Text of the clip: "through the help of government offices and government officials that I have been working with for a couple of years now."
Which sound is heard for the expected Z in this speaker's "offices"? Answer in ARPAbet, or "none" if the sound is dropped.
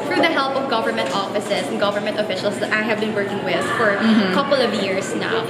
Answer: S